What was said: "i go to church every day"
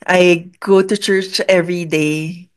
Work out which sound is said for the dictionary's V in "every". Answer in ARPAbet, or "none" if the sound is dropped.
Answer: V